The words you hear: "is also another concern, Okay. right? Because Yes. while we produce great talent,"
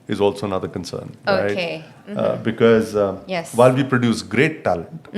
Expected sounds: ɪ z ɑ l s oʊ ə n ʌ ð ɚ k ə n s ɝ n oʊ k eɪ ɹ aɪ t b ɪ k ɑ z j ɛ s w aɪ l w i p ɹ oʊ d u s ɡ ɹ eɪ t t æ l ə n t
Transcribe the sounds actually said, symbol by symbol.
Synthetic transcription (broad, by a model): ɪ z ɑ l s oʊ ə n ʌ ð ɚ k ə n s ɝ n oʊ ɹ aɪ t b ɪ k ɑ z j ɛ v aɪ l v i p ɹ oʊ d u s ɡ ɹ eɪ t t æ l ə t